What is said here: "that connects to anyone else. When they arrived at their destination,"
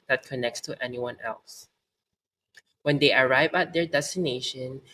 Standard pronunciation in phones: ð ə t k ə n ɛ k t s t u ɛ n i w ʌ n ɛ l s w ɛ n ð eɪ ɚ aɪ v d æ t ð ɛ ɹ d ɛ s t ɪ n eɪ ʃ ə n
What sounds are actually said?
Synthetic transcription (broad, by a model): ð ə t k ə n ɛ k t s t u ɛ n i w ʌ n ɛ l s w ɛ n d eɪ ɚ aɪ v æ t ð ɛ ɹ d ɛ s t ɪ n eɪ ʃ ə n